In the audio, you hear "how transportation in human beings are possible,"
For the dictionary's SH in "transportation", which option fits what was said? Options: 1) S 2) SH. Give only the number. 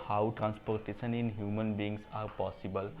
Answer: 1